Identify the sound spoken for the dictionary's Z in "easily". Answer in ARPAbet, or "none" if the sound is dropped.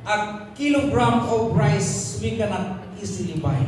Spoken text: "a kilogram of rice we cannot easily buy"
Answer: S